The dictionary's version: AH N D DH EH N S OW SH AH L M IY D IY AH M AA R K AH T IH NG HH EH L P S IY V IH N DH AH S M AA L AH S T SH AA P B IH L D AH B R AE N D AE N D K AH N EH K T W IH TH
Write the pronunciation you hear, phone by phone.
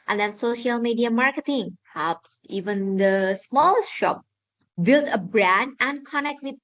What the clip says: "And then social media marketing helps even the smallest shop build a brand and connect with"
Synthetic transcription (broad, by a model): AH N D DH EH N S OW SH AH L M IY D IY AH M AA R K AH T IH NG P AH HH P S IY V IH N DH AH S M AA L AH S T SH AA P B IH L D AH B R AE N D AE N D K AH N EH K T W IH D